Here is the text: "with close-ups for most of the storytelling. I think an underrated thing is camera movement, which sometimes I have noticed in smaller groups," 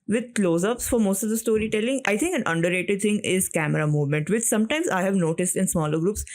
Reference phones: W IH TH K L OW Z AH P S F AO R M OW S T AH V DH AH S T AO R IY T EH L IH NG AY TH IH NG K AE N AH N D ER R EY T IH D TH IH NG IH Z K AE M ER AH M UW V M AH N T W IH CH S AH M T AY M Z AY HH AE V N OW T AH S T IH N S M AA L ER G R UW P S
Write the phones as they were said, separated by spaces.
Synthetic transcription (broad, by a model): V IH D K L OW Z AH P S F AO R M OW S T AH V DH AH S T AO R IY T EH L IH NG AY T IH NG K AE N AH N D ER R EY T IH D T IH NG IH Z K AE M ER AH M UW V M AH N T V IH CH S AH M T AY M Z AY HH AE V N OW T AH S T IH N S M AA L ER G R UW P S